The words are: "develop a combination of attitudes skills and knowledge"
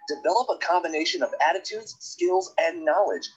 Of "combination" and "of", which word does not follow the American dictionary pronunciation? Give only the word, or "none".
none